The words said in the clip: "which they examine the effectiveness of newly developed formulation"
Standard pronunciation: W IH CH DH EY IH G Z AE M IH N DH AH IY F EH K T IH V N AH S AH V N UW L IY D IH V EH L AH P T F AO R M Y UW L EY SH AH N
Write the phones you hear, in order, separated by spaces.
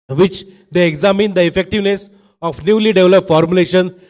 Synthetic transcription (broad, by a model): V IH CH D EY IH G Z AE M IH N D AH IY F EH K T IH V N AH S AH F N UW L IY D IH V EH L AH P F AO R M Y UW L EY SH AH N